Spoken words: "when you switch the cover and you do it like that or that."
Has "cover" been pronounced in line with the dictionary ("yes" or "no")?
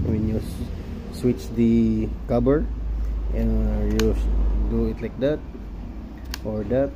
no